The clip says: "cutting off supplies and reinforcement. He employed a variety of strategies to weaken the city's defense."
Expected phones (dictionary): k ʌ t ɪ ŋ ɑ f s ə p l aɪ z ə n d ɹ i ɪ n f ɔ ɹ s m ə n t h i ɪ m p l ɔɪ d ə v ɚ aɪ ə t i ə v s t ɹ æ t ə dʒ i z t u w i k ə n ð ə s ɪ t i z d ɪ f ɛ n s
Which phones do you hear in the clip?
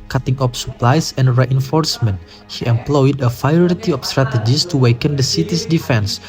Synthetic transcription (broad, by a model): k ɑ t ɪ ŋ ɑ p s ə p l aɪ s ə n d ɹ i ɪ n f ɔ ɹ s m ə n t h i ɪ m p l ɔɪ d ə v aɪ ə t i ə f s t ɹ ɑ t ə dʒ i s t u w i k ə n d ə s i t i s d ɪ f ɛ n s